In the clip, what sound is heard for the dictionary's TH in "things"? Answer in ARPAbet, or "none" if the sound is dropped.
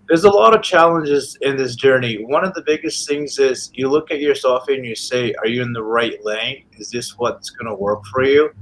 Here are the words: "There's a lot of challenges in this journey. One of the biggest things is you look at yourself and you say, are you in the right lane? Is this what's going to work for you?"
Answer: TH